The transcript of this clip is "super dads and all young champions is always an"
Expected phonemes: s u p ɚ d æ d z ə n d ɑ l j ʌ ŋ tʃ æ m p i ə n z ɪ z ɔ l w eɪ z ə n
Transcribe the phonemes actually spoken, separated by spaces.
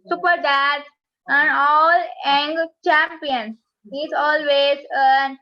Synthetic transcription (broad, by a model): s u p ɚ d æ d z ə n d ɑ l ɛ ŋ tʃ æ m p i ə n ɪ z ɔ l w eɪ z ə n